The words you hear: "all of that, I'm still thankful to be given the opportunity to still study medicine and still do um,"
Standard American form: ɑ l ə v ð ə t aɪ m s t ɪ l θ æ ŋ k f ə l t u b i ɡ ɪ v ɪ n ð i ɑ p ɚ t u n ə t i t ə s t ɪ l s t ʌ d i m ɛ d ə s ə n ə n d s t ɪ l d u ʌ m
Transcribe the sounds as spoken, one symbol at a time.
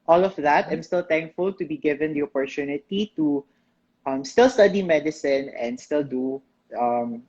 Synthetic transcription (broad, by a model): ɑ l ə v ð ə t aɪ m s t ɪ l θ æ ŋ k f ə l t u b i ɡ ɪ v ɪ n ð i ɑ p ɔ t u n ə t i t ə s t ɪ l s t ʌ d i m ɛ d ə s ə n ə n d s t ɪ l d u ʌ m